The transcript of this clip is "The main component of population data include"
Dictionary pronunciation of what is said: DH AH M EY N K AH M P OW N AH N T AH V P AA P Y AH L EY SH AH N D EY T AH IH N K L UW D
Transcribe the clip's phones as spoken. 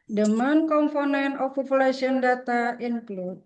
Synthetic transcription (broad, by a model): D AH M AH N K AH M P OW N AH N AH F P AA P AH L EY S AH N D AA T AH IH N K L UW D